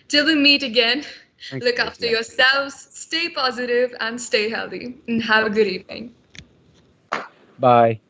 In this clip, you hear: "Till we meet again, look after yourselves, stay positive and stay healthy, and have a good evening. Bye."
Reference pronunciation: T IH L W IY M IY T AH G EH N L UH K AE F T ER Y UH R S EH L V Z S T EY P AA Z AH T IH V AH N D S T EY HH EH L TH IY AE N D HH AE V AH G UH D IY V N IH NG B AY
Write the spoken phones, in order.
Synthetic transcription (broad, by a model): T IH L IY M IY T AH G EH N L UH K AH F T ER Y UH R S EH L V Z S T EY P AA Z AH T IH V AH N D S T EY HH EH L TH IY N HH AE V AH G UH D IY V N IH NG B AY